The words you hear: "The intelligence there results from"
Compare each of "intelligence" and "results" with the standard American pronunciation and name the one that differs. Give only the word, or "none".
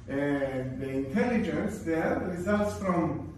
none